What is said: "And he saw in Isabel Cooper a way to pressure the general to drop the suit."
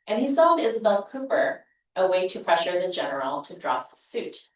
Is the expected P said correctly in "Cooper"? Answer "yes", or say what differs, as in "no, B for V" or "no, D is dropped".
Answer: yes